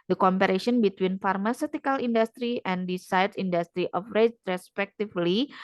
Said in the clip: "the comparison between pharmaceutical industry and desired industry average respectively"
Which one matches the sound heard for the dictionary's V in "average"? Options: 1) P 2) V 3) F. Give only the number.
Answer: 3